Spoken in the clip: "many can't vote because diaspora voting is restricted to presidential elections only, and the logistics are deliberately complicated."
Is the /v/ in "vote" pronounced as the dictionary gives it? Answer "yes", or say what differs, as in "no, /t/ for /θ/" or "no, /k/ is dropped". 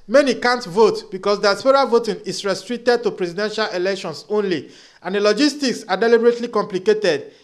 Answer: yes